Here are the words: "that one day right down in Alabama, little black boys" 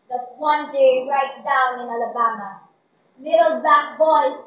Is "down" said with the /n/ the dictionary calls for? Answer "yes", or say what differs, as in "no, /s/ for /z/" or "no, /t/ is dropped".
yes